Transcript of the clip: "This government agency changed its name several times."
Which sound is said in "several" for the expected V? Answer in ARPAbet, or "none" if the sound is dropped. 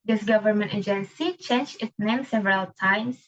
V